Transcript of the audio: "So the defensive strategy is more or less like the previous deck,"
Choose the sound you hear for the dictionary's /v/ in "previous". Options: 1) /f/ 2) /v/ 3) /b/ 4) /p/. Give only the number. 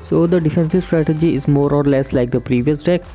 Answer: 2